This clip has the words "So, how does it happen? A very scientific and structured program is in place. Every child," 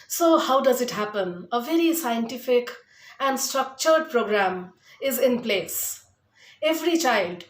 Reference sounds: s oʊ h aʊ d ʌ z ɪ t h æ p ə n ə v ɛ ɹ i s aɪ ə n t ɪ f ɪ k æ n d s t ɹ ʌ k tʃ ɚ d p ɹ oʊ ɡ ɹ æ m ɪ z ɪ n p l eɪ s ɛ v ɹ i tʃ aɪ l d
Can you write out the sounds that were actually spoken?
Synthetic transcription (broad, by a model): s oʊ h aʊ d ʌ z ɪ t h æ p ə n ə v ɛ ɹ i s aɪ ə n t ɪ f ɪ k æ n d s t ɹ ʌ k tʃ ɚ d p ɹ oʊ ɡ ɹ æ m ɪ z ɪ n p l eɪ s ɛ v ɹ i tʃ aɪ l d